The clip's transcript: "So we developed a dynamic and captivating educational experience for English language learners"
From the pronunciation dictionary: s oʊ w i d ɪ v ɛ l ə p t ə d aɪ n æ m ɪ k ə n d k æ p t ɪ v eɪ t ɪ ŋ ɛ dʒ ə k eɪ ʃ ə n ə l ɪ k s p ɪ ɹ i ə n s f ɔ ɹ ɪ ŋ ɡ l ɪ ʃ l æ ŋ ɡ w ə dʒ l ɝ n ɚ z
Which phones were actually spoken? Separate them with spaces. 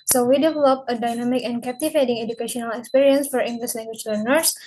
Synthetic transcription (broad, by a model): s oʊ w i d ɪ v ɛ l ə p ə d aɪ n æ m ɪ k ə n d k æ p t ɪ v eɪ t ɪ ŋ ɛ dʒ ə k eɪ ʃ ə n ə l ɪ k s p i ɹ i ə n s f ɔ ɹ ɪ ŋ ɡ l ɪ s l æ ŋ ɡ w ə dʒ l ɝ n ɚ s